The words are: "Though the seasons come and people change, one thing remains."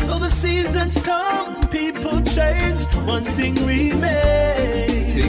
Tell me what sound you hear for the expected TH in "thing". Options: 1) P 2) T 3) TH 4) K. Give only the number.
3